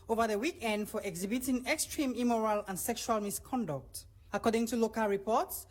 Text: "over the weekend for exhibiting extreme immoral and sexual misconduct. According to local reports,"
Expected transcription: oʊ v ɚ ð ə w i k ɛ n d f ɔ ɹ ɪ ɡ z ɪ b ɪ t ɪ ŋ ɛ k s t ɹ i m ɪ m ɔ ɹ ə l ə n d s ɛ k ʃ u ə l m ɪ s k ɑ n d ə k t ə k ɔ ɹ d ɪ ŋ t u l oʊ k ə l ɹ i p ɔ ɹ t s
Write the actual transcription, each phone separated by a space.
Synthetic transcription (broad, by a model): oʊ v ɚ ð ə w i k ɛ n d f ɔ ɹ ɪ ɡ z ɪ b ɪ t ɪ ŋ ɛ k s t ɹ i m ɪ m ɔ ɹ ə l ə n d s ɛ k ʃ u ə l m ɪ s k ɑ n d ə k t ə k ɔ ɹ d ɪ ŋ t u l oʊ k ə l ɹ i p ɔ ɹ t s